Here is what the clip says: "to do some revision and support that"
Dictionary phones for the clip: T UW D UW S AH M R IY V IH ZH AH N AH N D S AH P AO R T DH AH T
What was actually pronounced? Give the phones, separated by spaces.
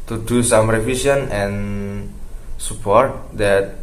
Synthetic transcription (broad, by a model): T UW D UW S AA M R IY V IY S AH N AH N S AH P AO R T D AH T